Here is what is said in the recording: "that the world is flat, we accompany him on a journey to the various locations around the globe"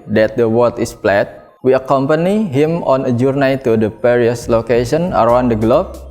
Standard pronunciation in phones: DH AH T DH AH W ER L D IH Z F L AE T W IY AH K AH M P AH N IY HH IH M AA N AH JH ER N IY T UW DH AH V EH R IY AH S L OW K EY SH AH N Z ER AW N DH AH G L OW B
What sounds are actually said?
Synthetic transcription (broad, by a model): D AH T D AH W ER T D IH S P L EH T W IY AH K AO M P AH N IY HH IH M AA N AH JH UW N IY T UW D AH P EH R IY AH S L OW K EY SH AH N ER AW N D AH G L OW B